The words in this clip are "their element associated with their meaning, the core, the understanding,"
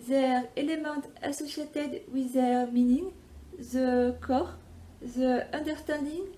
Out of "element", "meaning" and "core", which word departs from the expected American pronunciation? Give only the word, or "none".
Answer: element